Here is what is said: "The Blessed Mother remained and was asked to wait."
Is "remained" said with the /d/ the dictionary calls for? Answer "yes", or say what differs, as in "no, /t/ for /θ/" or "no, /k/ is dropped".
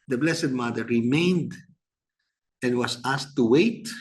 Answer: yes